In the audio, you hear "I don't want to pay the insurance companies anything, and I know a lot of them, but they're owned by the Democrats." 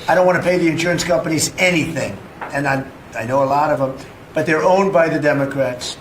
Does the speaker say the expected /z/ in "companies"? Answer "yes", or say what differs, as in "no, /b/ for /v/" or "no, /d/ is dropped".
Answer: yes